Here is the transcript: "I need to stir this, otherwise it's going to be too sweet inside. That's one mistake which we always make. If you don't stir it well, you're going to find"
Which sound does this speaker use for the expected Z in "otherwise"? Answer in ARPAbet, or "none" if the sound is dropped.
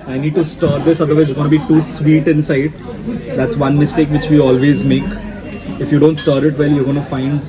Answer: none